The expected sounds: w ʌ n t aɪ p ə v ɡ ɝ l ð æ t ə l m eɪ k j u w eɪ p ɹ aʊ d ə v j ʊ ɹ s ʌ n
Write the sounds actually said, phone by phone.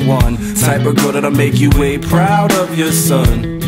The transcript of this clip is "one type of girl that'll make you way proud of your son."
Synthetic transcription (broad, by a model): w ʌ n s aɪ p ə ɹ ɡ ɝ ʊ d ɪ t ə m eɪ k j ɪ w eɪ p ɹ aʊ d ə v j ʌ ɹ s ʌ n